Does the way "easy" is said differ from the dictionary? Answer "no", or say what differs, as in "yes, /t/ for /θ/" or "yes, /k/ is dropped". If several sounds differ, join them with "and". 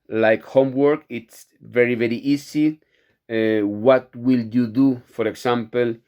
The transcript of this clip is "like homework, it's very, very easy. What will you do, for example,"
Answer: yes, /s/ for /z/